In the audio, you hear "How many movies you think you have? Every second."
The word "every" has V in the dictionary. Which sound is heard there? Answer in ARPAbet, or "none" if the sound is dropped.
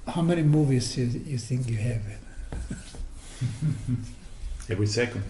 V